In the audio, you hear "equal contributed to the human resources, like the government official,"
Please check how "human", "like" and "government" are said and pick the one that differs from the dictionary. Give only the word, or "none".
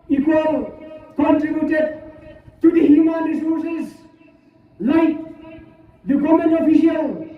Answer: government